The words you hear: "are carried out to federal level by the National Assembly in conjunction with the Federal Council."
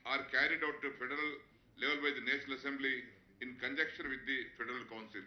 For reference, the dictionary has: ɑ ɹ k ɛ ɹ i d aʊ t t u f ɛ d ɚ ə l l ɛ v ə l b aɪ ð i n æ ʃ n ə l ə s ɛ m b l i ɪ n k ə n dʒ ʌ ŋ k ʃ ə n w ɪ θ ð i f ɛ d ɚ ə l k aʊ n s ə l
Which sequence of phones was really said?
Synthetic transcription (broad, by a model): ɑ ɹ k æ ɹ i d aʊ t t u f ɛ d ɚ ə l l ɛ v ə l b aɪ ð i n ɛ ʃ n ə l ə s ɛ m b l i ɪ n k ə n dʒ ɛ k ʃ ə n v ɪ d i f ɛ d ɚ ə l k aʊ n s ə l